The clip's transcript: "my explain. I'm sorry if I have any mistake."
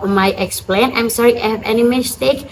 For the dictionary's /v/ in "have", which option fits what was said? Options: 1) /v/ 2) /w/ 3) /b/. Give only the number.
1